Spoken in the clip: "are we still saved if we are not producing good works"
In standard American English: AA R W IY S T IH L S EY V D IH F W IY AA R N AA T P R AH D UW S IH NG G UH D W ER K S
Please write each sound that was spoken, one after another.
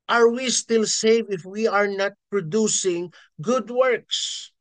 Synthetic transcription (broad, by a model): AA R W IY S T IH L S EY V IH F W IY AA R N AA T P R AH D UW S IH NG G UH D W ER K S